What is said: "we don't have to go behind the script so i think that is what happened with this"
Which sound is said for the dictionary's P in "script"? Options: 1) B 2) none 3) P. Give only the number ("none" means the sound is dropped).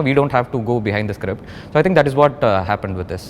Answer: 3